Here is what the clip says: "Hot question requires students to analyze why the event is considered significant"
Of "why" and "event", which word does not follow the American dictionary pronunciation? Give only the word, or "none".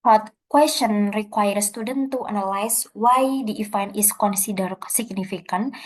event